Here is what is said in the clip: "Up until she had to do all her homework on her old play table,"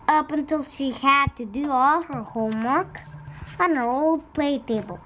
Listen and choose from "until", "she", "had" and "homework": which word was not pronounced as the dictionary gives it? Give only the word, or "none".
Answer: none